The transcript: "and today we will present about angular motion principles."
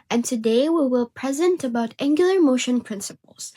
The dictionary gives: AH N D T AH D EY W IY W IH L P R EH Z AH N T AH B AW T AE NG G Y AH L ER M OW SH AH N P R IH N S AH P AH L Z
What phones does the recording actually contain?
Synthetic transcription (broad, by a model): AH N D T AH D EY W IY W IH L P R EH Z AH N T AH B AW T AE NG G Y L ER M OW SH AH N P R IH N S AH P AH L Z